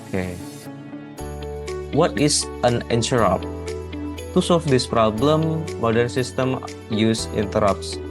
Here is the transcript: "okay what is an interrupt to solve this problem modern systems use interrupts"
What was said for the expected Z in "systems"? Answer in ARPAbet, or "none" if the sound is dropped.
none